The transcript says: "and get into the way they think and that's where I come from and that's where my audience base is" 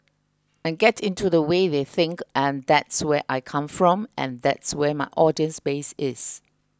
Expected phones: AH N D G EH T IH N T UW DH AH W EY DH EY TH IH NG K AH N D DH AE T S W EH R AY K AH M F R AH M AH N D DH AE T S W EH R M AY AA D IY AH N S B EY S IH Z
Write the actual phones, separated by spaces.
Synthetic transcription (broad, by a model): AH N G EH T IH N T UW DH AH W EY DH EY TH IH NG K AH N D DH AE T S W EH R AY K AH M F R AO M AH N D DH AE T S W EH M AY AA D IY AH N S B EY S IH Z